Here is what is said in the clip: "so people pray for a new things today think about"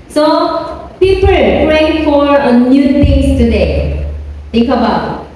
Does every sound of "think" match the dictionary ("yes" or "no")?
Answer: no